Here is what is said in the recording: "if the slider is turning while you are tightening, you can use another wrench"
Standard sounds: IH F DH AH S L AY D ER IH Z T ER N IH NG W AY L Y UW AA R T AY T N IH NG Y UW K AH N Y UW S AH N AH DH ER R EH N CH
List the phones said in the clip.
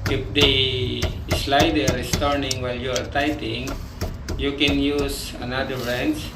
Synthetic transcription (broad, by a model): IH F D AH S L AY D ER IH S T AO N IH NG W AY L Y UW AA R T AY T IH NG Y UW K AH N Y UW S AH N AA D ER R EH N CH